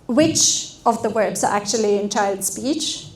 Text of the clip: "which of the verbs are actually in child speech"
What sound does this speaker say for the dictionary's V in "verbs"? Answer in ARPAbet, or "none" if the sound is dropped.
W